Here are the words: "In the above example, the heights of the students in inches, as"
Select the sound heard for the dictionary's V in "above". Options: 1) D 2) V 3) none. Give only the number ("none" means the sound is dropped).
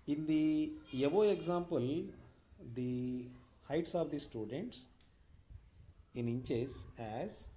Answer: 3